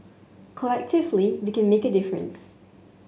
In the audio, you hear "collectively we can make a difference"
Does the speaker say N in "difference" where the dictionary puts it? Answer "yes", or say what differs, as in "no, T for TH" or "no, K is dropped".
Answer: yes